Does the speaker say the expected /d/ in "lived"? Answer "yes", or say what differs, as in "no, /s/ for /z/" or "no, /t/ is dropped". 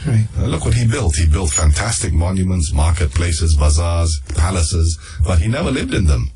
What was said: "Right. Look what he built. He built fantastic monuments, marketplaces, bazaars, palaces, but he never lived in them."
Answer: yes